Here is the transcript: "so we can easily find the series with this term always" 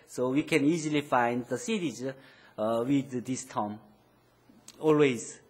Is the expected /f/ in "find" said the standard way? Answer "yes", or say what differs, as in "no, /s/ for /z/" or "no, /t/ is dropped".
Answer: yes